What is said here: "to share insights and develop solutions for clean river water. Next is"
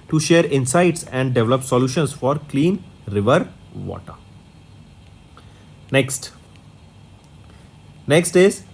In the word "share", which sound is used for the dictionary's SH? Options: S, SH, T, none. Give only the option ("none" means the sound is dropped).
SH